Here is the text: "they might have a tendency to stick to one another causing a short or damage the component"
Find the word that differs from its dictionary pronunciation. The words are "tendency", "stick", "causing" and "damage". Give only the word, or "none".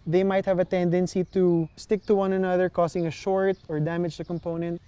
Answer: causing